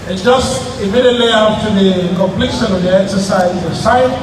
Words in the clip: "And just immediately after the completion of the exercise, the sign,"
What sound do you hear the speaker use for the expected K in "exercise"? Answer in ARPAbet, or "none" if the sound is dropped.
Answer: K